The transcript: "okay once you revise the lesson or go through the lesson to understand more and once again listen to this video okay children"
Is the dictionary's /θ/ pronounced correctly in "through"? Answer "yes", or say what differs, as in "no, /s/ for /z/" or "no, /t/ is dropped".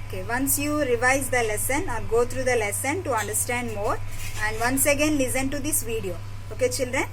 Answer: no, /t/ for /θ/